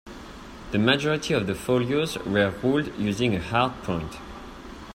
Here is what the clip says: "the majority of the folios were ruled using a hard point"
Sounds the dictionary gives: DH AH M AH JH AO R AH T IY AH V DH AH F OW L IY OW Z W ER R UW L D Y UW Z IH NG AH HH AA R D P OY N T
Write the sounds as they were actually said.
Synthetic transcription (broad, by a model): DH AH M AH JH AO R AH T IY AH V DH AH F OW L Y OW Z W ER R UW L D Y UW Z IH NG AH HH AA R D P OY N T